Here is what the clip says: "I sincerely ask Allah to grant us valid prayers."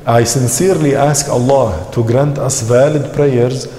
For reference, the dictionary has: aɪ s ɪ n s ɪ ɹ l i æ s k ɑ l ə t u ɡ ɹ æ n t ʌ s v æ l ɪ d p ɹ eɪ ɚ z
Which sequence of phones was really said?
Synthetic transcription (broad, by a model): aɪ s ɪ n s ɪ ɹ l i æ s k ɑ l ə t u ɡ ɹ æ n t ʌ s v æ l ɪ d p ɹ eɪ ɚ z